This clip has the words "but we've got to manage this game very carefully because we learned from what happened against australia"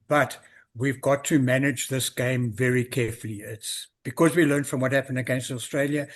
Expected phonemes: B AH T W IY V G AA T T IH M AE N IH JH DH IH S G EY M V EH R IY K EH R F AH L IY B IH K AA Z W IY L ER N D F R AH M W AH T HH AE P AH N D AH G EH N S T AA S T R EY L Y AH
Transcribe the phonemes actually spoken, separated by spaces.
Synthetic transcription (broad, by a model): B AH T W IY V G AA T T IH M AE N IH JH DH IH S G EY M V EH R IY K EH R F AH L IY B IH K AA Z W IY L ER N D F R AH M W AH T HH AE P AH N D AH G EH N S T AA S T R EY L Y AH